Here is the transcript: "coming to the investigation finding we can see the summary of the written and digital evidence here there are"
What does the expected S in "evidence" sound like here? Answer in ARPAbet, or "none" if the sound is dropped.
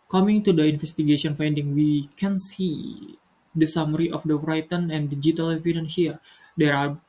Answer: none